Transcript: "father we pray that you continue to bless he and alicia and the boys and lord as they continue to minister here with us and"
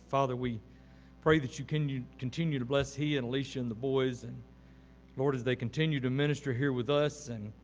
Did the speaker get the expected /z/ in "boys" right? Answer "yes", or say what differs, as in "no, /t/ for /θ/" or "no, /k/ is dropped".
yes